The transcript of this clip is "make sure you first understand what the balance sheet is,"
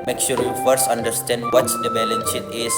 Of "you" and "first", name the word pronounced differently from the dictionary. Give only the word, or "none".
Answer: none